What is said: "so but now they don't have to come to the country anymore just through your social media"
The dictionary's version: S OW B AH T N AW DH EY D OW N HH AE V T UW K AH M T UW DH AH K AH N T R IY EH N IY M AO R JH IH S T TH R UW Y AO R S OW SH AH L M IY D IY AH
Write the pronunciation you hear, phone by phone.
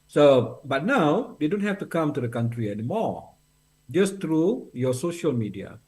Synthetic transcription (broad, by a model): S OW B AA T N AW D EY D OW N HH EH F T UW K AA M T UW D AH K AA N T R IY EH N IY M AO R JH IH S T R UW Y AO S OW SH AH L M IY D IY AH